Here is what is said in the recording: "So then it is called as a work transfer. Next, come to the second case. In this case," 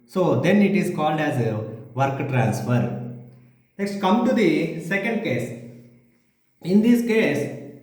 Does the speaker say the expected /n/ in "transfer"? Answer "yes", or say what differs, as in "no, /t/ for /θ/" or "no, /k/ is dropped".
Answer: yes